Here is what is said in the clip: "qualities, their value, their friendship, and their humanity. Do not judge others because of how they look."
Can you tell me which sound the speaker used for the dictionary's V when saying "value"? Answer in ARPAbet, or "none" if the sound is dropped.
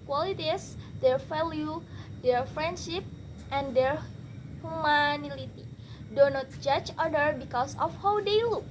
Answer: F